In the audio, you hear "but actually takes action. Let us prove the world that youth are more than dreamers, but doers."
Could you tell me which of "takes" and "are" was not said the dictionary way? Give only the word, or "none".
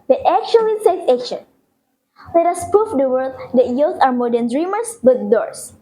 takes